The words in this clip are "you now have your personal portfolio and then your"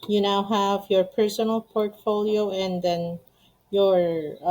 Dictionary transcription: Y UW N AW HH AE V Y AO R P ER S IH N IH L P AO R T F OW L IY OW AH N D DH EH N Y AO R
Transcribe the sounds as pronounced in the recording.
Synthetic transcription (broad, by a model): Y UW N AW HH AE V Y AO R P ER S IH N IH L P AO R T F OW L IY OW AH N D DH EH N Y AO R